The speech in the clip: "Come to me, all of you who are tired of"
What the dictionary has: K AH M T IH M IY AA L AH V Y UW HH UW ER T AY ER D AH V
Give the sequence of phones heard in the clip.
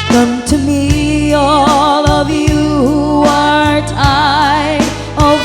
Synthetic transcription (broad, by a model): K AH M T IH M IY AA L AH V Y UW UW ER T AY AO AH